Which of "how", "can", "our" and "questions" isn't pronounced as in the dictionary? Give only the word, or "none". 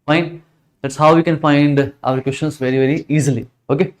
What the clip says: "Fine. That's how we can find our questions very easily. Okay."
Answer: questions